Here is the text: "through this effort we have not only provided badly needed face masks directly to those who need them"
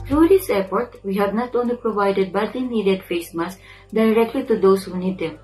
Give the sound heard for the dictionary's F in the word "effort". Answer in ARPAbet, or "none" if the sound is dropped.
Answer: P